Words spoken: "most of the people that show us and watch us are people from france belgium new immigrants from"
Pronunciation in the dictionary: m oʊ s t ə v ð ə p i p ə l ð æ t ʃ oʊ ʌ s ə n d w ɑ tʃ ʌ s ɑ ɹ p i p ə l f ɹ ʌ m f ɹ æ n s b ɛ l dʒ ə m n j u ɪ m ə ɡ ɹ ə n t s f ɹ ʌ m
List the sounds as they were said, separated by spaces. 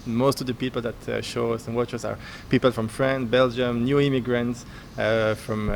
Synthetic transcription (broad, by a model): m oʊ s t ə v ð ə p i p ə l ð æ t ʃ oʊ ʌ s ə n w ɑ tʃ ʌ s ɑ ɹ p i p ə l f ɹ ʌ m f ɹ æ n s b ɛ l dʒ ə m n j u ɪ m ə ɡ ɹ ə n t s f ɹ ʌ m